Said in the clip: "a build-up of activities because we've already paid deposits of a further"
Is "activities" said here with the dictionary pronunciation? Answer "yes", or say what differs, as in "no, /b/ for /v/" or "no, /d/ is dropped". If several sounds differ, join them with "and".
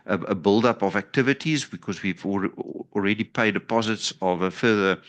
yes